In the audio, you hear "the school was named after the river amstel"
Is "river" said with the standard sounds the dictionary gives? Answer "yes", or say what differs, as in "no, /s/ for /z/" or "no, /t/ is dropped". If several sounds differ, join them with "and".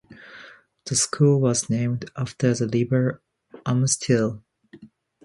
no, /l/ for /ɹ/ and /b/ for /v/